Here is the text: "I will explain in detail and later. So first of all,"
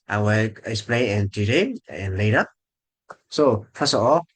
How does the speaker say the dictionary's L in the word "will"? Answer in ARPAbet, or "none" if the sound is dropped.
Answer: W